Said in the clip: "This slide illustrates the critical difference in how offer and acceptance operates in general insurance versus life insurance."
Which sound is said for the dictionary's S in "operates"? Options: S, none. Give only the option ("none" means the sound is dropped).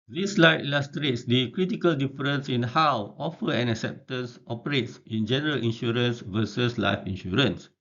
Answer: S